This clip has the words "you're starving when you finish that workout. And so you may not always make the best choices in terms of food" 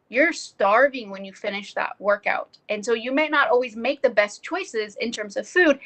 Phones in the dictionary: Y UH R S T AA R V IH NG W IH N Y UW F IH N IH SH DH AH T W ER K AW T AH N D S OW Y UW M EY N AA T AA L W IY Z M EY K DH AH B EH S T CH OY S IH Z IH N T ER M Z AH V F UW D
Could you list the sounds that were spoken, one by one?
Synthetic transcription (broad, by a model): Y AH R S T AA R V IH NG W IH N Y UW F IH N IH SH DH AH T W ER K AW T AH N S OW Y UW M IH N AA T AA L W IY Z M EY K DH AH B EH S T CH OY S IH Z IH N T ER M Z AH V F UW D